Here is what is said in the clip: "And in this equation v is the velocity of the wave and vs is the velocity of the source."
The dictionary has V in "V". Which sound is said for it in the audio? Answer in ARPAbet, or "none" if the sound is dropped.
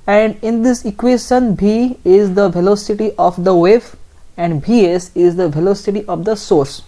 B